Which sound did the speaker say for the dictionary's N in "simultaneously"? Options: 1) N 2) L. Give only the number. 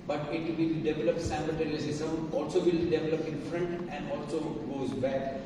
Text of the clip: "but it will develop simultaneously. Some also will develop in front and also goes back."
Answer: 2